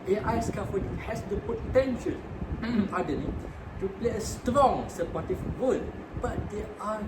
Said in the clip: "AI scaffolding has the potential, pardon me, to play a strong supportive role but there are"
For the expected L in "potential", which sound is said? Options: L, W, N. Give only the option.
N